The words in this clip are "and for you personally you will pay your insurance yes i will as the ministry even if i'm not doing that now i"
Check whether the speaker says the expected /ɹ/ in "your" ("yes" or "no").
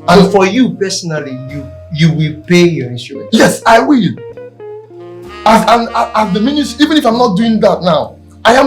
yes